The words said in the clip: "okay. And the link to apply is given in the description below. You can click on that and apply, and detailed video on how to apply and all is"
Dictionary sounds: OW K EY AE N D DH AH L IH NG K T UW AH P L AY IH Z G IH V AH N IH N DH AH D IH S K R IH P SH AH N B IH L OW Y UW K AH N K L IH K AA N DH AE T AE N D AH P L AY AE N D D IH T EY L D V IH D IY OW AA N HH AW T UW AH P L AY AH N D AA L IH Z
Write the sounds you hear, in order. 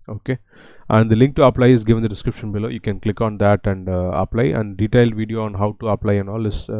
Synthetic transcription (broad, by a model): OW K EY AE N D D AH L IH NG K T UW AH P L AY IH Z G IH V AH N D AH D IH S K R IH P SH AH N B IH L OW Y UW K AH N K L IH K AA N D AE T AE N D AH P L AY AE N D D IH T EY L D V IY D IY OW AA N HH AW T UW AH P L AY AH N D AA L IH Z